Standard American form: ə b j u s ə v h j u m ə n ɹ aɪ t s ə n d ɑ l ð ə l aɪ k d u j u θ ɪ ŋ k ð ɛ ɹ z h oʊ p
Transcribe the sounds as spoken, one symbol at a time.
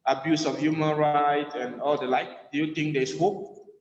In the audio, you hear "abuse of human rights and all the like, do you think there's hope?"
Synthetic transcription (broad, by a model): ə b j u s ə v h j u m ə n ɹ aɪ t ə n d ɑ l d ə l aɪ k d u j u t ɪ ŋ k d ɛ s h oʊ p